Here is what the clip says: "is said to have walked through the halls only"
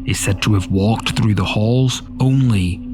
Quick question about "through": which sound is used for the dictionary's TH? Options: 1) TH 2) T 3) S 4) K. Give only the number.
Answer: 1